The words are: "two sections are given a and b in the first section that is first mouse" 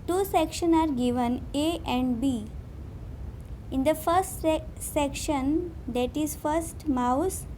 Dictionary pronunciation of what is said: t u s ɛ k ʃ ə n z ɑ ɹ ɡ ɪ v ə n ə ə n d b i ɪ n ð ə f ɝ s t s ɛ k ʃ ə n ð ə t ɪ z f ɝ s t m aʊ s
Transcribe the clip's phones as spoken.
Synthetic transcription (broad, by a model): t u s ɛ k ʃ ə n ɑ ɹ ɡ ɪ v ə n ə ə n d b i ɪ n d ə f ɝ s t s ɛ k ʃ ə n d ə t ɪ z f ɝ s t m aʊ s